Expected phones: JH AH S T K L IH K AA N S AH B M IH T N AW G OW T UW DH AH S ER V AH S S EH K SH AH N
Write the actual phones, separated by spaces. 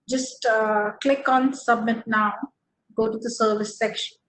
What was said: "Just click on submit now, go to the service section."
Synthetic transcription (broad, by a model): JH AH S T K L IH K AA N S AH B M IH T N AW G OW T UW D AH S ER V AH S S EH K SH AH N